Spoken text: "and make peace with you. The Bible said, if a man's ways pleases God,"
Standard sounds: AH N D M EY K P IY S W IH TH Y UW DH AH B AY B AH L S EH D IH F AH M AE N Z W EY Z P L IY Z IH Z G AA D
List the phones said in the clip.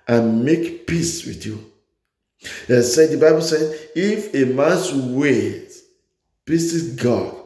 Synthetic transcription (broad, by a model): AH N M EY K P IY S W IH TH Y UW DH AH B AY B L S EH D IH F AH M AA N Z W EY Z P IY S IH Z G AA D